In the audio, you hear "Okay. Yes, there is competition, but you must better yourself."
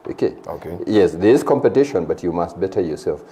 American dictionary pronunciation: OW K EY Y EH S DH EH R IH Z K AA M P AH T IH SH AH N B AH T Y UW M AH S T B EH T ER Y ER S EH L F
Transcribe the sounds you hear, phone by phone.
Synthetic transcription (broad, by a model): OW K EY Y EH S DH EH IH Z K AA M P AH T IH SH AH N B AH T Y UW M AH S T B EH T ER Y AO S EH L F